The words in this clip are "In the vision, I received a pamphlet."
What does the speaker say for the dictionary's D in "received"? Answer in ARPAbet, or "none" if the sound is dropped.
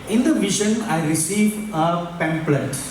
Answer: none